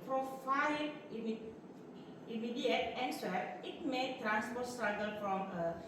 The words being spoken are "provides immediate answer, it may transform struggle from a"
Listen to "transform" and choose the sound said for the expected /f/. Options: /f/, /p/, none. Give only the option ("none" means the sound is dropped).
/p/